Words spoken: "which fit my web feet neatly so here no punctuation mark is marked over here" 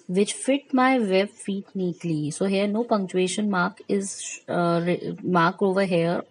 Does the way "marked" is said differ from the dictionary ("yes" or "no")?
yes